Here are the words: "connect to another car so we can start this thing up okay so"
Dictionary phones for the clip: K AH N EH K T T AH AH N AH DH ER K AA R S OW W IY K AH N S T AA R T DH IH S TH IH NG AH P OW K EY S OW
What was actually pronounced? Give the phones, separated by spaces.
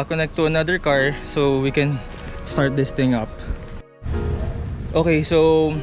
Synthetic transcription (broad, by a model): K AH N EH K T T AH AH N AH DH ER K AA R S OW W IY K AH N S T AA R T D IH S T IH NG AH P OW K EY S OW